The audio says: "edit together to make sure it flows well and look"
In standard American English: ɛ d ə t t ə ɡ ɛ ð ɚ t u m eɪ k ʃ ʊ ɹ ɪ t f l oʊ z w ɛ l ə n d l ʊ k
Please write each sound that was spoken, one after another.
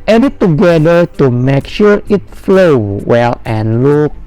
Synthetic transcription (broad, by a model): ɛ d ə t t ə ɡ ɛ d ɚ t u m eɪ k ʃ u ɹ ɪ t f l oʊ w ɛ l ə n l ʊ k